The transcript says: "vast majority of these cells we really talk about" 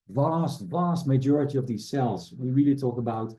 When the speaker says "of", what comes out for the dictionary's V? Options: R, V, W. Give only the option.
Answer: V